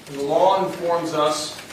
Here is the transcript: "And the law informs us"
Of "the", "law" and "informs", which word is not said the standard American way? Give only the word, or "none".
none